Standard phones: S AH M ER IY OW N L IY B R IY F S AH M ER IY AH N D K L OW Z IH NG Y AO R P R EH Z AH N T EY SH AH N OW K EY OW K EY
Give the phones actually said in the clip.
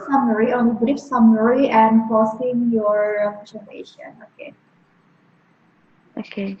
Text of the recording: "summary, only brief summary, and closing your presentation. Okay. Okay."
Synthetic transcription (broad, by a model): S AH M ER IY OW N IY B R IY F S AH M ER IY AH N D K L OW S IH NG Y AO R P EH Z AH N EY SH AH N OW K EY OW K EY